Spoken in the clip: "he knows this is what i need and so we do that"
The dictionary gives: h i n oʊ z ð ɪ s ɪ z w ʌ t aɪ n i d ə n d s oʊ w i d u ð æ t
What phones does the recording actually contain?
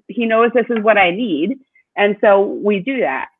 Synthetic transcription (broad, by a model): h i n oʊ z ð ɪ s ɪ z w ʌ t aɪ n i d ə n s oʊ w i d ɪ ð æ t